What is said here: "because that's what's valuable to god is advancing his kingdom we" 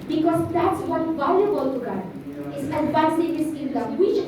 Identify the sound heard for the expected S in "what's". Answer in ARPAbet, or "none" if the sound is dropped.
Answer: none